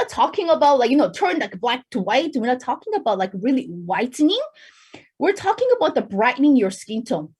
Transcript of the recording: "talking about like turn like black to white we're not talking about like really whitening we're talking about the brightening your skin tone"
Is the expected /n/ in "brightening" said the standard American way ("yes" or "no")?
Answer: yes